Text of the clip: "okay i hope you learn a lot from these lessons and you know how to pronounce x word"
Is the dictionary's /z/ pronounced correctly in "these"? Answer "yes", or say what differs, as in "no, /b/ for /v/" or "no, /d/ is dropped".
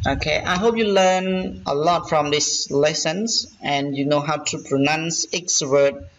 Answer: no, /s/ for /z/